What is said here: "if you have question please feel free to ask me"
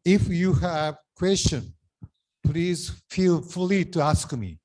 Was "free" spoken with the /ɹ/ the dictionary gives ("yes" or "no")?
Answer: no